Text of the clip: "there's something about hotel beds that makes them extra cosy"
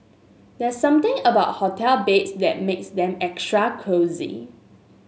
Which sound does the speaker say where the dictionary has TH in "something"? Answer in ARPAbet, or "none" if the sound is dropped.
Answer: T